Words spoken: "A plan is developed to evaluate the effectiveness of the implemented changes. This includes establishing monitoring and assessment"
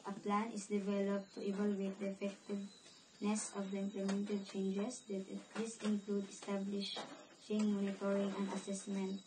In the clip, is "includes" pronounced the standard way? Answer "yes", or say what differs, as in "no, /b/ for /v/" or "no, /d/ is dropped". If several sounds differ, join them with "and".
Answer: no, /z/ is dropped